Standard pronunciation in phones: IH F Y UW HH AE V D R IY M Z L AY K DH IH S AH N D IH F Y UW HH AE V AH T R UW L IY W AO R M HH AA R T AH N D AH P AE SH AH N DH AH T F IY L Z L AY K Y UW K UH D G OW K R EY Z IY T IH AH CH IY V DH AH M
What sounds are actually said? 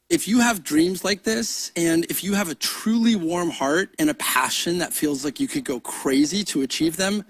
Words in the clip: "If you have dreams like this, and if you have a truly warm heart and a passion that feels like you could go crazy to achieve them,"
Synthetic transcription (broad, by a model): IH F Y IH V D R IY M Z L AY K DH IH S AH N IH F Y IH V AH T R UW L IY W AO R M HH AA R T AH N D AH P AE SH AH N DH AH T F IY L Z L AY K Y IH K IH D G OW K R EY Z IY T IH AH CH IY V DH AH M